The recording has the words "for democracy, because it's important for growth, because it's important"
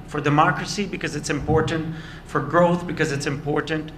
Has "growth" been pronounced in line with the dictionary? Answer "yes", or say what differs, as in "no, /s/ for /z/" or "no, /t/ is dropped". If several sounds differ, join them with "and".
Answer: yes